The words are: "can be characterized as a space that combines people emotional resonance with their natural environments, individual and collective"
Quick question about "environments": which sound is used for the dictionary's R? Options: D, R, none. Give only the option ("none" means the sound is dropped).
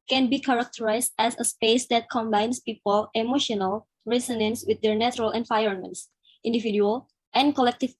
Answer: none